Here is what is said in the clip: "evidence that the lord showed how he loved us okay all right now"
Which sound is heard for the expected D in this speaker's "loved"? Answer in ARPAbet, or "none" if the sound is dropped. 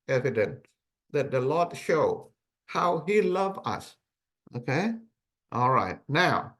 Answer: none